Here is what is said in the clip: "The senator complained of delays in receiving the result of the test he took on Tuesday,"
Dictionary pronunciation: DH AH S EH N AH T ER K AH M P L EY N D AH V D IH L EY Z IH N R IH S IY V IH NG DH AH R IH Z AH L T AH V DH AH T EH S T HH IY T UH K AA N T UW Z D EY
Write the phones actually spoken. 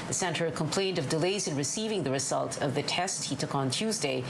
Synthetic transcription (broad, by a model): DH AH S EH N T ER K AH M P L EY N D AH V D IH L EY Z IH N R IH S IY V IH NG DH AH R IH Z AH L T AH V DH AH T EH S T HH IY T UH K N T UW Z D EY